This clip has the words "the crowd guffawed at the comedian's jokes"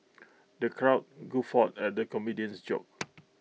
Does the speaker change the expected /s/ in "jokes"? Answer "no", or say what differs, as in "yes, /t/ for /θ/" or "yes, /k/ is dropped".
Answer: yes, /s/ is dropped